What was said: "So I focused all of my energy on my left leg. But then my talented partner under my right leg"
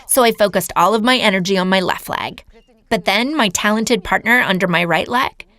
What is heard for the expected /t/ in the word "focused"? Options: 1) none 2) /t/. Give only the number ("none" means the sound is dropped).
2